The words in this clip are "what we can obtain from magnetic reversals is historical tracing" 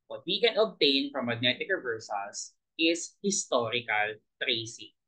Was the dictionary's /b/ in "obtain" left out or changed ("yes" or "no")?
no